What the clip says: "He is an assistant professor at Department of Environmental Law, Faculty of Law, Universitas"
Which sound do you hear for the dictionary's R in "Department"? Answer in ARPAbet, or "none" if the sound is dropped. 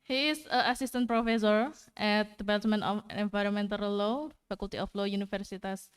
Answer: L